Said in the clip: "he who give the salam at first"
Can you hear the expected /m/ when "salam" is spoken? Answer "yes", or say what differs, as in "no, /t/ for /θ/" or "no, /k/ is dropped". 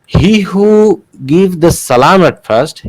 yes